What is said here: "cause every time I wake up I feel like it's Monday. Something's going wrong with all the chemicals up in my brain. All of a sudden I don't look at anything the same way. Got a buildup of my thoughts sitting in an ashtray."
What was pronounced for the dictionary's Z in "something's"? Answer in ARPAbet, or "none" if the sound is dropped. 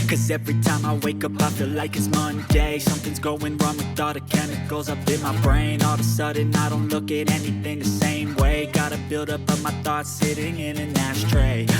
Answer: Z